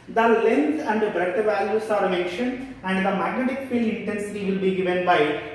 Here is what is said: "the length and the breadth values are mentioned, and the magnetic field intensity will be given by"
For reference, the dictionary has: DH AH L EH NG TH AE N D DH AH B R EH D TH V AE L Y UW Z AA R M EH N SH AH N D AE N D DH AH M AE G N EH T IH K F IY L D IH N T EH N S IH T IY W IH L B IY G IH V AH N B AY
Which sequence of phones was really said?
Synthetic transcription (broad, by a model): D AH L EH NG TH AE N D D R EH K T V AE L Y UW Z AA R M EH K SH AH N AE N D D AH M AE G N EH T IH K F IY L IH N T EH N S IH T IY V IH L B IY G IH V AH N B AY